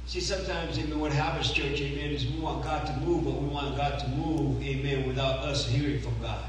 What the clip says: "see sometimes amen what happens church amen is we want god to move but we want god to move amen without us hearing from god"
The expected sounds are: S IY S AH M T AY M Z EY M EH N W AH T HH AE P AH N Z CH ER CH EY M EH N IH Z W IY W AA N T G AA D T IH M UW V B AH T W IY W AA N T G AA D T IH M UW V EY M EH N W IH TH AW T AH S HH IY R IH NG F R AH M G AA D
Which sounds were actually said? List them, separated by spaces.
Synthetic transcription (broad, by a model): S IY S AH M T AY M Z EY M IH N W AH T HH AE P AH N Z CH ER CH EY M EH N IH Z W IY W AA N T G AA T IH M UW V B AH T W IY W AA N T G AA T IH M UW V EY M EH N W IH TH AW T AH S HH IY R IH NG F R AH M G AA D